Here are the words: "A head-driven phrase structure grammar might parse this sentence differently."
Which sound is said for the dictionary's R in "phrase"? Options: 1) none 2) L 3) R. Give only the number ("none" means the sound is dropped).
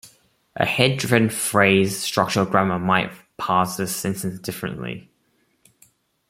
3